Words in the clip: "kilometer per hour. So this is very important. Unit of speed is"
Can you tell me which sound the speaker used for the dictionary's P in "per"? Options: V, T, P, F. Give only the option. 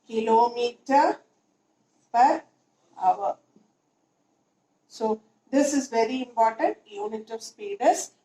P